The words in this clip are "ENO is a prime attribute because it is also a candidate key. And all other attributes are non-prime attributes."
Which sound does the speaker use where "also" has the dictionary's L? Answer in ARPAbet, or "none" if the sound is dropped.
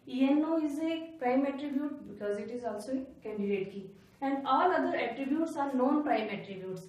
L